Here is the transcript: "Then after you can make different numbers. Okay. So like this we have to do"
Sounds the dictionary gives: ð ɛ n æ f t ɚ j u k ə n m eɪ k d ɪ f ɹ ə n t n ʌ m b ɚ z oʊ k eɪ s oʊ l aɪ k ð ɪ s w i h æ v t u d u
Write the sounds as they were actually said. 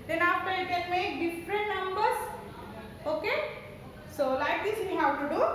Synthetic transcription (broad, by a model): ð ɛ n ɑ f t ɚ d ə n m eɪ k d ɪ f ɹ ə n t n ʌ m b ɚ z oʊ k eɪ s oʊ l aɪ k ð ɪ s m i h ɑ w t u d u